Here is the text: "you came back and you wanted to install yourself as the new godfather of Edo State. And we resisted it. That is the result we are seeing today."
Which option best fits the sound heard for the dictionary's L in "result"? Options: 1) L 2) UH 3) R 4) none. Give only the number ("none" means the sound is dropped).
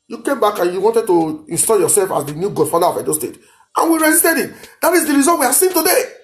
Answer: 4